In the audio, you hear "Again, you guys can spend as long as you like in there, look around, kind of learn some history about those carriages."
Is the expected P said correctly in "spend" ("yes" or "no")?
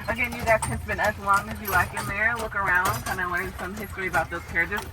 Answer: no